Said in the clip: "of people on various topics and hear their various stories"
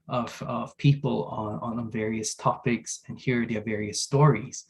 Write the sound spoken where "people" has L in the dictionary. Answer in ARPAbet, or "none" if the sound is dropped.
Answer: N